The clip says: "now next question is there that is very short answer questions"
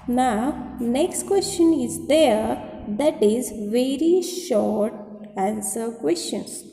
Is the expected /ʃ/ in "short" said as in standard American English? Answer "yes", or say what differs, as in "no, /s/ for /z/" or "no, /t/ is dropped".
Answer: yes